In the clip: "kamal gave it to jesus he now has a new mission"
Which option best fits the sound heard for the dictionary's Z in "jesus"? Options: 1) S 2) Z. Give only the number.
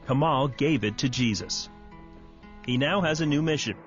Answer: 2